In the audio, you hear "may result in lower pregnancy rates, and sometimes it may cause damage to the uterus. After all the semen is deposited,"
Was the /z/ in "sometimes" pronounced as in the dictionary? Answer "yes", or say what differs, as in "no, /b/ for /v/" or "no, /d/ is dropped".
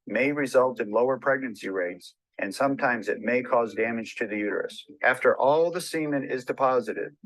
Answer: yes